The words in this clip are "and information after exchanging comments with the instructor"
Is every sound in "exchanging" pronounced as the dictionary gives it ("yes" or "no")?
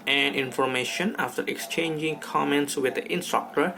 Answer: yes